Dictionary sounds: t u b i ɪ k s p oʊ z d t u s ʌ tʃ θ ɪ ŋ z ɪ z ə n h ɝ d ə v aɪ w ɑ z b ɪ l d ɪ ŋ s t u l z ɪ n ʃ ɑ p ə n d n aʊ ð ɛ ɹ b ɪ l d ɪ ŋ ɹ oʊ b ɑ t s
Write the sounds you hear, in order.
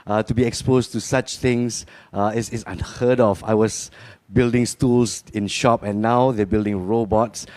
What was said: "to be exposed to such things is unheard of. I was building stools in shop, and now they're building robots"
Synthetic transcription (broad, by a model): t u b i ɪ k s p oʊ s t u s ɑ tʃ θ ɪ ŋ s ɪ s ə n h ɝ d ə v aɪ w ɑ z b ɪ l d ɪ ŋ s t u l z ɪ n ʃ ɑ p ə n n aʊ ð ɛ b ɪ l d ɪ ŋ ɹ oʊ b ɑ t s